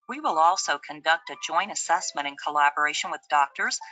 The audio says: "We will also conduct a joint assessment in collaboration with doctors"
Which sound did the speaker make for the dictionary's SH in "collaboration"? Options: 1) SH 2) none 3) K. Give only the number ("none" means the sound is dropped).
1